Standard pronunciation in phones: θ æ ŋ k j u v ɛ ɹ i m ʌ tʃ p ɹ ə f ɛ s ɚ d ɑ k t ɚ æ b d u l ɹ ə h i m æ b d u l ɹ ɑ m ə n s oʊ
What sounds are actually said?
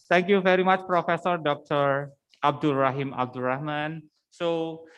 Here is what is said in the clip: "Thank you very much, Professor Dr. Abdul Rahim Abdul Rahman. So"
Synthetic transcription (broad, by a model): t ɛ ŋ k j u v ɛ ɹ i m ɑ tʃ p ɹ ə f ɛ s ɚ d ɑ k t ɚ æ b d u l ɹ ə h i m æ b d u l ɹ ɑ m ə n s oʊ